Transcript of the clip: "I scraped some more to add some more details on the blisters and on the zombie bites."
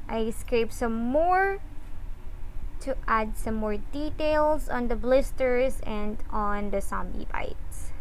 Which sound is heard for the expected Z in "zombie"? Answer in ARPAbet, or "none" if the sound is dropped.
S